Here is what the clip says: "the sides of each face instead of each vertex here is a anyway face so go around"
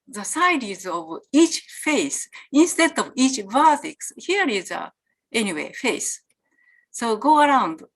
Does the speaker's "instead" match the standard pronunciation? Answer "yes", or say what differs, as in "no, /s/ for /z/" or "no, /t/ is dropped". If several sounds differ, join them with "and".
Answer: yes